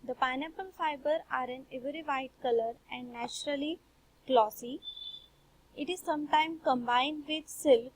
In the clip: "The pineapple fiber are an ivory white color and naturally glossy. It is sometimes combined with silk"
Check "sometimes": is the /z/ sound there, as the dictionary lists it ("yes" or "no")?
no